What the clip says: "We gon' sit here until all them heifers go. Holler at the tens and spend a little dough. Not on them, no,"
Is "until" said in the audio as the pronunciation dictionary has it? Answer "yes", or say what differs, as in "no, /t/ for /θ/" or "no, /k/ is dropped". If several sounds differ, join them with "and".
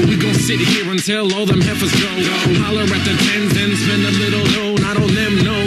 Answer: yes